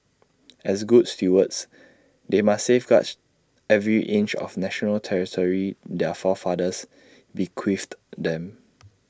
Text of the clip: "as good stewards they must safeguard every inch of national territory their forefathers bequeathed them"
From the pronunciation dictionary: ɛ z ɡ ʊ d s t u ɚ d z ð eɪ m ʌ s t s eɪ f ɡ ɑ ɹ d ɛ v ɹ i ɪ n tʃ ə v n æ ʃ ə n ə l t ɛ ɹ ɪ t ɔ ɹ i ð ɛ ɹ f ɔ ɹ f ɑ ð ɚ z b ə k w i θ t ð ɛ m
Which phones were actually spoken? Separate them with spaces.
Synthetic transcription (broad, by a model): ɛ s ɡ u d s t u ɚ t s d eɪ m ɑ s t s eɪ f ɡ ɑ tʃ ɛ v ɹ i ɪ n tʃ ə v n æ ʃ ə n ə l t ɛ ɹ ɪ t ɔ ɹ i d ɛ f ɔ f ɑ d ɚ s b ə k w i f t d ɛ m